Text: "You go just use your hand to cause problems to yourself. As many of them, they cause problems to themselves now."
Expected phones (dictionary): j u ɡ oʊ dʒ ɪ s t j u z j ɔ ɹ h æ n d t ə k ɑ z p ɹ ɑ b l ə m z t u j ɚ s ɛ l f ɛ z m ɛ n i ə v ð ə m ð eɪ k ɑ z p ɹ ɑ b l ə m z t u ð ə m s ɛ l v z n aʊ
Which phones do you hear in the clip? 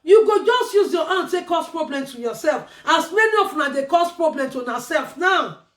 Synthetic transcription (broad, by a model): j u ɡ oʊ dʒ ɪ s t j u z j ɔ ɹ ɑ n t ə k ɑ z p ɹ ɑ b l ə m t u j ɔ s ɛ l f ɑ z m ɛ n i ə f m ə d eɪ k ɑ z p ɹ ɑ b l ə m t u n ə s ɛ l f n aʊ